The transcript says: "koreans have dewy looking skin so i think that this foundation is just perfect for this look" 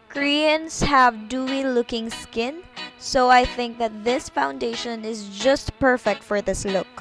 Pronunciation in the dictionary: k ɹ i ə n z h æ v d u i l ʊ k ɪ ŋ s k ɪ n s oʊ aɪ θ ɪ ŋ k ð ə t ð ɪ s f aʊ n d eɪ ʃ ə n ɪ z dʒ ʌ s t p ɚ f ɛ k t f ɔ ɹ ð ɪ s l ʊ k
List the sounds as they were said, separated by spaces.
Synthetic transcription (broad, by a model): k ɹ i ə n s h æ v d u i l ʊ k ɪ ŋ s k ɪ n s oʊ aɪ θ ɪ ŋ k ð ə t ð ɪ s f aʊ n d eɪ ʃ ə n ɪ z dʒ ʌ s t p ɚ f ɛ k t f ɔ ɹ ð ɪ s l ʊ k